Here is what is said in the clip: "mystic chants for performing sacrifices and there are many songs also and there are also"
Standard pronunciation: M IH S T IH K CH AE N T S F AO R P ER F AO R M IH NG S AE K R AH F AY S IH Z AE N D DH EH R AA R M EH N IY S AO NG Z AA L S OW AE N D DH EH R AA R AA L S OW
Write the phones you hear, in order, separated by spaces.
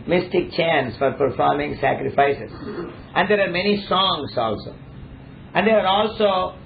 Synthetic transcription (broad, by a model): M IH S T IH K CH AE N S F AO R P ER F AO R M IH NG S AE K R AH F AY S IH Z AE N D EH R AA R M EH N IY S AO NG S AA L S OW AE N D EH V AA R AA L S OW